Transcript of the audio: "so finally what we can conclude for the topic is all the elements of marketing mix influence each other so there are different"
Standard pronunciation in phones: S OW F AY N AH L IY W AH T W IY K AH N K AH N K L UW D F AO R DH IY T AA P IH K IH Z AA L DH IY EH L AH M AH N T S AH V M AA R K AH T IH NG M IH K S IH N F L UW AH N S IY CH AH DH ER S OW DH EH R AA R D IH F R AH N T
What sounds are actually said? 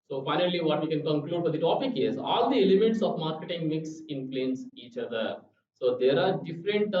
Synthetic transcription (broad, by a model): S OW F AY N AH L IY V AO T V IY K AH N K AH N K L UW D F AO R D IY T AA P IH K IH Z AA L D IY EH L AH M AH T S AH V M AA R K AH T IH NG M IH K S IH N P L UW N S IY CH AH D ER S OW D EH R AA R D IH F R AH N T